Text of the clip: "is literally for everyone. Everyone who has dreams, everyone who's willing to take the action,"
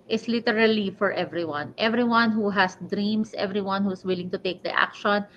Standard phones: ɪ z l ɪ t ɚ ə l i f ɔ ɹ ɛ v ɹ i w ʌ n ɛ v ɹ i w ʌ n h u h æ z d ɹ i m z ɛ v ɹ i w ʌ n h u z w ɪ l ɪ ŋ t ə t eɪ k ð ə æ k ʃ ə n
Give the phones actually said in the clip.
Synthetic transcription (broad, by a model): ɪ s l ɪ t ɚ ə l i f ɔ ɹ ɛ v ɹ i w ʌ n ɛ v ɹ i w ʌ n h u h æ s d ɹ i m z ɛ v ɹ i w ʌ n h u s w ɪ l ɪ ŋ t ə t eɪ k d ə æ k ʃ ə n